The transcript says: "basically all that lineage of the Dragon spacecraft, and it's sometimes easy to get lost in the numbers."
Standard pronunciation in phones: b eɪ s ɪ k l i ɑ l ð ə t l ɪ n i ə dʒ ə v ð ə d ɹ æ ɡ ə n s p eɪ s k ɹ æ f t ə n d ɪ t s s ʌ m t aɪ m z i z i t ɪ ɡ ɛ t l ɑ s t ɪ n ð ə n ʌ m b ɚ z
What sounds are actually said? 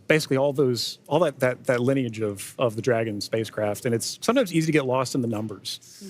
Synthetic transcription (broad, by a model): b eɪ s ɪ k l i ɑ l ð ə t l ɪ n i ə dʒ ə v ð ə d ɹ æ ɡ ə n s p eɪ s k ɹ æ f t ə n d ɪ t s s ʌ m t aɪ m z i z i t ɪ ɡ ɛ t l ɑ s t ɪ n ð ə n ʌ m b ɚ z